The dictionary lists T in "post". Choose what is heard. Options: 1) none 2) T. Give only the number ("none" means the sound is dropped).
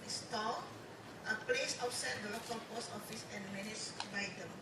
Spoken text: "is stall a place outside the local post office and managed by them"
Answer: 1